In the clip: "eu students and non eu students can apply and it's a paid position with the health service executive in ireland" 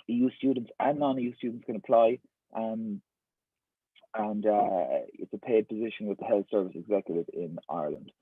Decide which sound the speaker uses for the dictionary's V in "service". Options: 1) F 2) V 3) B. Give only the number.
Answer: 2